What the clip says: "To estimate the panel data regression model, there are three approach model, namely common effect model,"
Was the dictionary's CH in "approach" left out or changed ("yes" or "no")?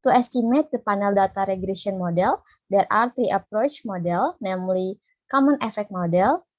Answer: no